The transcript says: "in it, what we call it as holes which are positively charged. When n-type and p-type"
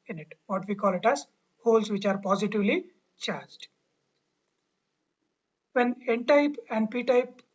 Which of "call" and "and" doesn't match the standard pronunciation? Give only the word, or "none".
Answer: none